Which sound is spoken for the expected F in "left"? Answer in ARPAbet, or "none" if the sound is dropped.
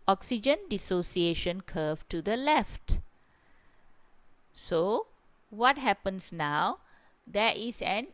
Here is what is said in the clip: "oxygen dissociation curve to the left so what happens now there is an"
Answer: F